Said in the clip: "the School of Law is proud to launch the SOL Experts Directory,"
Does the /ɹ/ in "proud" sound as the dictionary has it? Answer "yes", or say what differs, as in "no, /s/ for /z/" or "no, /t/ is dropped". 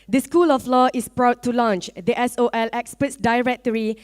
yes